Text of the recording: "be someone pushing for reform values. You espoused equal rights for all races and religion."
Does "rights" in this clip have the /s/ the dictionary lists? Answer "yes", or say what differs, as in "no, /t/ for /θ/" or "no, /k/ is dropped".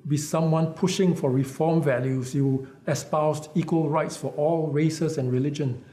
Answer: yes